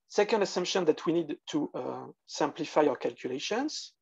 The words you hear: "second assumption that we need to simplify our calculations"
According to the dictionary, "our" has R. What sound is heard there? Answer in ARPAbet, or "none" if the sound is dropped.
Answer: W